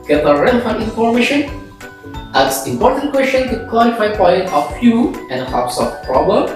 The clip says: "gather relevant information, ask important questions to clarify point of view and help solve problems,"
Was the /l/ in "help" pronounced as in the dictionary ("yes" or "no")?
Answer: no